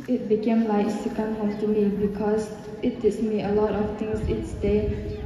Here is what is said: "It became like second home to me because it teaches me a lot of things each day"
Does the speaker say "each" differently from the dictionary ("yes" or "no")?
yes